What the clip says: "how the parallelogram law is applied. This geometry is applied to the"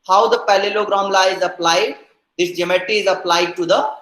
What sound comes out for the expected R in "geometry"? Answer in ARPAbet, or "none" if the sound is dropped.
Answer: none